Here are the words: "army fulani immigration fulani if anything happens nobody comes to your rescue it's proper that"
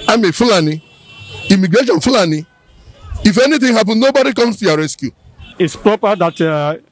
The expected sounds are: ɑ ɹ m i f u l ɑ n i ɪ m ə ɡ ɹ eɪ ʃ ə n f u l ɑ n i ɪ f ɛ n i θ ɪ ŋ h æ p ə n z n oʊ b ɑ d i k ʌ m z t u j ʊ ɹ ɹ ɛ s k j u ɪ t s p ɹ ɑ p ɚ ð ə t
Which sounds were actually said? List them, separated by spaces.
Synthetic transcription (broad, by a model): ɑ m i f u l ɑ n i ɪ m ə ɡ ɹ eɪ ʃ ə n f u l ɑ n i ɪ f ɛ n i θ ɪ ŋ h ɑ p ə n n oʊ b ɑ d i k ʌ m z t u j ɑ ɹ ɹ ɛ s k j u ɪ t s p ɹ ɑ p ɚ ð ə t